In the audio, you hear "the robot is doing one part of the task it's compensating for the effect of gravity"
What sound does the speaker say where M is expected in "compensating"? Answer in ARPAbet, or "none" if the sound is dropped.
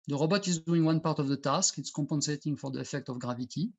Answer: M